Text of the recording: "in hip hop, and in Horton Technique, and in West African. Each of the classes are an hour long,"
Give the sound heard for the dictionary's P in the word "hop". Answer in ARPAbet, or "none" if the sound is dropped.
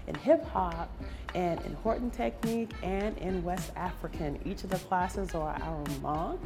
P